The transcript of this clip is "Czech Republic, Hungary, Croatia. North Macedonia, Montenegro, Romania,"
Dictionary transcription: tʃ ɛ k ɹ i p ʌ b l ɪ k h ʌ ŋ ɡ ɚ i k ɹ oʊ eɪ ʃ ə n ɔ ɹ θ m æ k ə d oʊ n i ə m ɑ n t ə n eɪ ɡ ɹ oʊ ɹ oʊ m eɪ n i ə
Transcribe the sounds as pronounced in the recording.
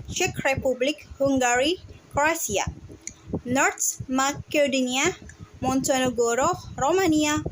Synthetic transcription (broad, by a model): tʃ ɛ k ɹ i p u b l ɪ k h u ŋ ɡ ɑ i k ɹ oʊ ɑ s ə n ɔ ɹ t m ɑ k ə d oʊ n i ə m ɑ n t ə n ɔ ɡ ɹ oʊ ɹ oʊ m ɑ n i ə